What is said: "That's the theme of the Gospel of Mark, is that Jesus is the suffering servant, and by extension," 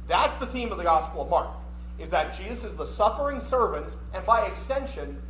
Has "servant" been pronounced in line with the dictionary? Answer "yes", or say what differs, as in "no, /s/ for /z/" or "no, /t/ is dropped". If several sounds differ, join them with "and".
yes